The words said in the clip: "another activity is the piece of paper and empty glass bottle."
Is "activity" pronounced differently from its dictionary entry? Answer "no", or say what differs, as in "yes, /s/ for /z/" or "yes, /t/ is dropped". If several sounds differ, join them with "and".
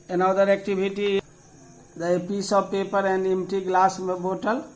yes, /b/ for /v/